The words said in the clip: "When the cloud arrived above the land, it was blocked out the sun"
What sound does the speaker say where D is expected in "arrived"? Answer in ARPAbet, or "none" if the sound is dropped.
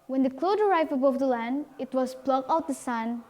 none